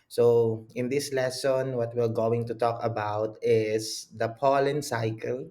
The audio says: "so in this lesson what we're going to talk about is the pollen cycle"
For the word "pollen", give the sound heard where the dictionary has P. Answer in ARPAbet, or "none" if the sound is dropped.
P